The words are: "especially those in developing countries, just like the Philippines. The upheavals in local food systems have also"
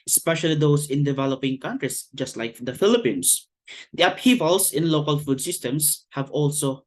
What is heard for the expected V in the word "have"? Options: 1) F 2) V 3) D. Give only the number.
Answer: 2